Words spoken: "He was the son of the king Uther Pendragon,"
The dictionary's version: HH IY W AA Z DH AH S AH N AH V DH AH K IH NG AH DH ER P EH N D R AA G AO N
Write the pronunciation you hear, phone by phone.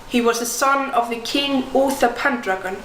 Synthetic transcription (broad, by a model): HH IY W AA Z DH AH S AH N AH V DH AH K IH NG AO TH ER P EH N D R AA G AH N